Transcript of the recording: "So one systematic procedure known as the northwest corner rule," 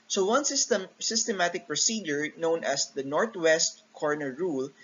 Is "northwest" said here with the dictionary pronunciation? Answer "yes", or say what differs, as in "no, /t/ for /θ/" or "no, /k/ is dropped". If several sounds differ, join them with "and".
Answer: no, /t/ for /θ/